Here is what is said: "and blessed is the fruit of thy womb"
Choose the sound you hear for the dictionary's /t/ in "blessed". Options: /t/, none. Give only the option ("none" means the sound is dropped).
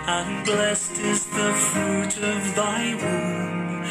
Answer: /t/